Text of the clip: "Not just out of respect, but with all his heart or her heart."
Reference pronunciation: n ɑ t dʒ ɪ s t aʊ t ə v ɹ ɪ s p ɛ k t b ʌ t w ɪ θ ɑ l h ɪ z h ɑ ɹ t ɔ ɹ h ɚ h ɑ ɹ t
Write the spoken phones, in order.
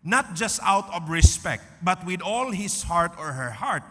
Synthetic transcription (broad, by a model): n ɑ t dʒ ɪ s t aʊ t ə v ɹ ɪ s p ɛ k t b ʌ t w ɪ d ɑ l h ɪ s h ɑ ɹ t ɔ ɹ h ɚ h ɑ ɹ t